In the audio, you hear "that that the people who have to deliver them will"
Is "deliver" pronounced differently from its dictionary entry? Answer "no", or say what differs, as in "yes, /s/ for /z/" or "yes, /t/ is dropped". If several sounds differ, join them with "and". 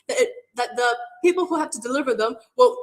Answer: no